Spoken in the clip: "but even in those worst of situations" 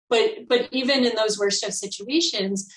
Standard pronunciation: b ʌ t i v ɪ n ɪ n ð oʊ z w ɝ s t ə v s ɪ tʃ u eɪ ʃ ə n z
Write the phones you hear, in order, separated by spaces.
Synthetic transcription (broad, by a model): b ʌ t i v ɪ n ɪ n ð oʊ z w ɝ s t ə v s ɪ tʃ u eɪ ʃ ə n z